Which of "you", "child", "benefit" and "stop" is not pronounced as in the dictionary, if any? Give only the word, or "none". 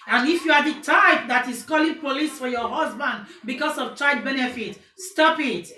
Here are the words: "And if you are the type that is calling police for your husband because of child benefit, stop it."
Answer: child